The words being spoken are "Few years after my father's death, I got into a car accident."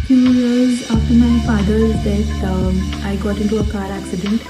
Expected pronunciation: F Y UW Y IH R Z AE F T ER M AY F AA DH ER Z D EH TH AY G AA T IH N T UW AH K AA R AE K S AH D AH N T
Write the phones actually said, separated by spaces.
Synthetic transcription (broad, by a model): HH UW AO Z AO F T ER M AY F AA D ER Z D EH S AY G AA T IH N T UW AH K AA R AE K S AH D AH N T